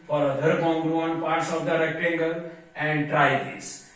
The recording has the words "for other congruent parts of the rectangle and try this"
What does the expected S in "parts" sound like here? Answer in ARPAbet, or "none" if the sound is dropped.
S